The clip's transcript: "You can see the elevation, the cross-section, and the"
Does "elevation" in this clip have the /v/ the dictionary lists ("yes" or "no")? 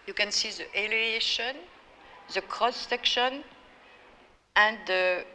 no